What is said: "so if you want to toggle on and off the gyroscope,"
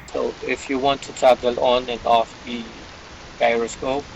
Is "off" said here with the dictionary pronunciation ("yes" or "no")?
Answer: yes